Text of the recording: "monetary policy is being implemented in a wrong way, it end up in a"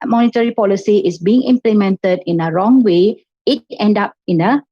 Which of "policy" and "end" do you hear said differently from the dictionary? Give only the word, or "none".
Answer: none